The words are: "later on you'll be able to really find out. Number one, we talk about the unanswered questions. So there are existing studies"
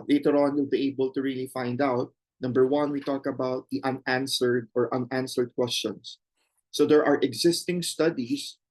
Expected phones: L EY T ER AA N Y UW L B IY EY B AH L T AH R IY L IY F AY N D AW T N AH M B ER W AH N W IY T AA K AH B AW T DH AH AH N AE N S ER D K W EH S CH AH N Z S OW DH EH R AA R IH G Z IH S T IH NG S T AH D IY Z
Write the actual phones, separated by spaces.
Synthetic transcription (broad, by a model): L EY T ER AA N Y UW L B IY EY B AH L T AH R IY L IY F AY N D AW T N AH M B ER W AH N W IY T AA K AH B AW T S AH AH N AE N S ER D K W EH S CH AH N S OW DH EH R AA R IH G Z IH S T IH NG S T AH D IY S